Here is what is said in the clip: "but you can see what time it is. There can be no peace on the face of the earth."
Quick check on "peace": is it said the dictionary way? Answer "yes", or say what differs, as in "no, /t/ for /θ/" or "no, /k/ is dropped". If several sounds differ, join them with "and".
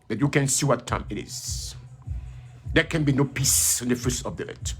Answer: yes